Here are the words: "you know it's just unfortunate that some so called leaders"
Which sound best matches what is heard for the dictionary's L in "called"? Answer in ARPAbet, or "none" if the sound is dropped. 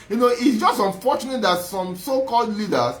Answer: L